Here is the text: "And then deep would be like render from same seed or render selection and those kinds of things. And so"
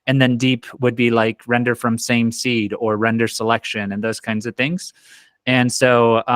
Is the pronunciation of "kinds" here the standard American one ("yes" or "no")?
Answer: yes